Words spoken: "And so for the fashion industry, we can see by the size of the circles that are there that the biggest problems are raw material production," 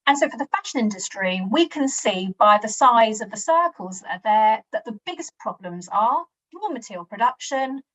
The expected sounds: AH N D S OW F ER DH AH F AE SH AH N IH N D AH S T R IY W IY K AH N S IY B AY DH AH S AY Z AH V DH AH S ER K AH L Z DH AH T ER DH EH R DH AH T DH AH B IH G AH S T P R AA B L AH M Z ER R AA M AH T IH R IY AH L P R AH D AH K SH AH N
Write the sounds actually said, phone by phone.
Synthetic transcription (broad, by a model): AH N S OW F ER DH AH F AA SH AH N IH N D AH S T R IY W IY K AH N S IY B AY DH AH S AY Z AH V DH AH S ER K AH L Z DH AH T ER DH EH DH AH T DH AH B IH G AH S P R AA B L AH M Z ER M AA M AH T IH R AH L P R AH D AH K SH AH N